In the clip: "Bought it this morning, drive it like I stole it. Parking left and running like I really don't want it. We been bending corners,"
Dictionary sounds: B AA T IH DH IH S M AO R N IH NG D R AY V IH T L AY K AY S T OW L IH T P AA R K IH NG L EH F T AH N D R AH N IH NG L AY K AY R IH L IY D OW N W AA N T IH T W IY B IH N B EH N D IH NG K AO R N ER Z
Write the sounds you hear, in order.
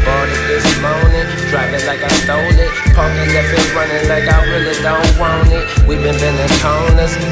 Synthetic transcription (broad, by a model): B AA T IH DH IH S M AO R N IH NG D R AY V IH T L AY K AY S T OW L IH T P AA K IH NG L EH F AH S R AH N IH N L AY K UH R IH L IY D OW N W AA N IH T W IY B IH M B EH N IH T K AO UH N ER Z